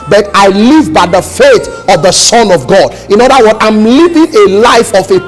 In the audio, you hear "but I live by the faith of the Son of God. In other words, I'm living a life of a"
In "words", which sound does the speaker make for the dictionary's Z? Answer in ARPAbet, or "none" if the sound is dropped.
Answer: none